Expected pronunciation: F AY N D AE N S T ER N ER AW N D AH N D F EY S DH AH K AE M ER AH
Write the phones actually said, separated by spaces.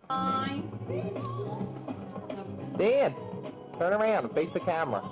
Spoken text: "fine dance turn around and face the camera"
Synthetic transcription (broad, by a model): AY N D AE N T ER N ER AW N D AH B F EY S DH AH K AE M ER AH